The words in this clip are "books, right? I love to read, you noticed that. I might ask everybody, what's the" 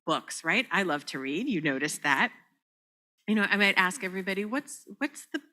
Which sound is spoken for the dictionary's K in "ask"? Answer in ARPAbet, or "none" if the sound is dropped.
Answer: K